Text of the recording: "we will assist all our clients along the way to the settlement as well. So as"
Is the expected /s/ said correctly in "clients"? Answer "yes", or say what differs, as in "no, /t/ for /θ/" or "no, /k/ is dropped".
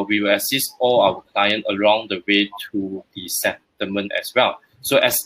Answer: no, /s/ is dropped